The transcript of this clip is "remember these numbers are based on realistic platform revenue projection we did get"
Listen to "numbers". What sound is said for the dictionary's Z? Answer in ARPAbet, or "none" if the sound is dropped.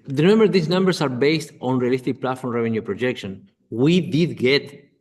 S